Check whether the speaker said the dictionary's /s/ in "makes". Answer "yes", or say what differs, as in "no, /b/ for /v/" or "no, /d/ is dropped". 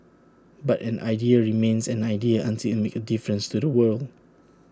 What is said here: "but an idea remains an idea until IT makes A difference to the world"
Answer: no, /s/ is dropped